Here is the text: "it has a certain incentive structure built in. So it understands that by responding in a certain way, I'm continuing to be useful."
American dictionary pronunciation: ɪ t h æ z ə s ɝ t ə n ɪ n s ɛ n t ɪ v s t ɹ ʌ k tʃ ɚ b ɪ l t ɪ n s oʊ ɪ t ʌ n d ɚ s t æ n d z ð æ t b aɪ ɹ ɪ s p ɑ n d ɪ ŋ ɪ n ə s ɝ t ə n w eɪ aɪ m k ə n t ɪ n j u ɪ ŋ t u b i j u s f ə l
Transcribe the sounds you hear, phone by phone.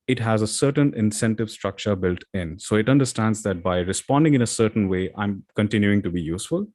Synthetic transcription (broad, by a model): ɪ t h æ z ə s ɝ t ə n ɪ n s ɛ n t ɪ v s t ɹ ʌ k tʃ ɚ b ɪ l t ɪ n s oʊ ɪ t ʌ n d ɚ s t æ n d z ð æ t b aɪ ɹ ɪ s p ɑ n d ɪ ŋ ɪ n ə s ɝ t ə n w eɪ aɪ m k ə n t ɪ n j u ɪ ŋ t u b i j u s f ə l